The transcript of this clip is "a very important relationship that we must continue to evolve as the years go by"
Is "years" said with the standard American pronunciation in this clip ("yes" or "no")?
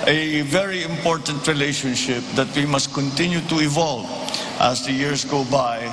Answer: no